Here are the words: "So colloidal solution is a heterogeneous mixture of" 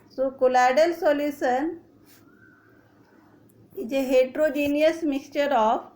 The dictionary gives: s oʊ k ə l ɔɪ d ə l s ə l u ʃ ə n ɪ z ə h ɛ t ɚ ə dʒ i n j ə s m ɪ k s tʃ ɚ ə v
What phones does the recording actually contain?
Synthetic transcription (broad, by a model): s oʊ k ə l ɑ d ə l s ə l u s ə n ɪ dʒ ə h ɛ t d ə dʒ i n j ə s m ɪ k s tʃ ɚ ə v